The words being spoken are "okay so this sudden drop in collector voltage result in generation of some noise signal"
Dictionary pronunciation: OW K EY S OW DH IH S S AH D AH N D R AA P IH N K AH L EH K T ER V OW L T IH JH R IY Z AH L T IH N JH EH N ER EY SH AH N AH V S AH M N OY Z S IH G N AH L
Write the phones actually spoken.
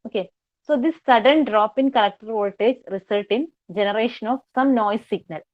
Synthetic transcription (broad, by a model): OW K EY S OW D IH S S AH D AH N D R AA P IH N K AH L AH K T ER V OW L T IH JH R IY S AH L T IH N JH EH N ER EY SH AH N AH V S AH M N OY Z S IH G N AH L